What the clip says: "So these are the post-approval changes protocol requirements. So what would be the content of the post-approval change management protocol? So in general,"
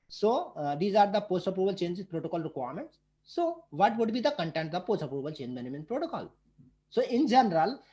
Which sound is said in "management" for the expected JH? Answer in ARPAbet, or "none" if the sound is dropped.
none